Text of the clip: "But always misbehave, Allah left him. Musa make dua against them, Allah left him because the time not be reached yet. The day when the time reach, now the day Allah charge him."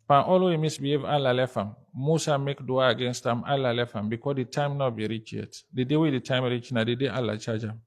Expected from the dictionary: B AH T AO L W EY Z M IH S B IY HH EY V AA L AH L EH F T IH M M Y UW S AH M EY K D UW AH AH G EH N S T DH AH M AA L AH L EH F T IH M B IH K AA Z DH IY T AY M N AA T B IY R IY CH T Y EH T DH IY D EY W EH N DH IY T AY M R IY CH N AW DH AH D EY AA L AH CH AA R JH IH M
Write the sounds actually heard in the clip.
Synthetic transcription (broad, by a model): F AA T AO L W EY M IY S B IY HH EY V AA L AH L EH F IH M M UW S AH M EY K D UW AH AH G EH N S T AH M AA L AH L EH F IH M B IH K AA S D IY T AY M N AA T B IY R IY CH Y EH T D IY D EY W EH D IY T AY M R IY CH N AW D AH D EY AA L AH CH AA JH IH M